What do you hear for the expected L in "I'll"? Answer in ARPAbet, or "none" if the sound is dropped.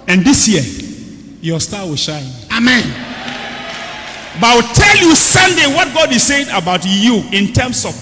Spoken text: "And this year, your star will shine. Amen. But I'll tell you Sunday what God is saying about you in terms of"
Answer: W